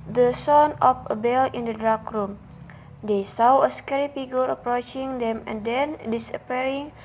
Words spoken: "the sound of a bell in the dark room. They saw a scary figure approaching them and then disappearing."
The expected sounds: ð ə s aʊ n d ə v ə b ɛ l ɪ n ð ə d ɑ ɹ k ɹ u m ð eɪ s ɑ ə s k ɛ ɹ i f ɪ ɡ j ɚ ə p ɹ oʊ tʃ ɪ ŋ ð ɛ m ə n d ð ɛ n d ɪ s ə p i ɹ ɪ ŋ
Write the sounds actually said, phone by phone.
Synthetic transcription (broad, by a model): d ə s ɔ n ə f ə b ɛ l ɪ n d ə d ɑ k ɹ u m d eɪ s ɑ ə s k ɛ ɹ i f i ɡ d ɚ ə p ɹ oʊ tʃ ɪ ŋ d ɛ m ə n d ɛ n d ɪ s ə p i ɹ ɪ ŋ